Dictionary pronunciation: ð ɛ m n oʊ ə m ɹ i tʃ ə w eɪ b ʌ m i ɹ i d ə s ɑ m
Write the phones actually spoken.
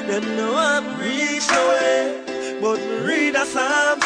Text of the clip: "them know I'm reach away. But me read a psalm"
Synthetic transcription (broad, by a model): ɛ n n oʊ ə m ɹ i ə w eɪ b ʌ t ɹ i d ə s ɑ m